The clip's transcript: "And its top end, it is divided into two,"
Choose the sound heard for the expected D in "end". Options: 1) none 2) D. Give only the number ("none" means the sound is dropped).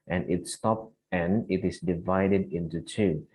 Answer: 1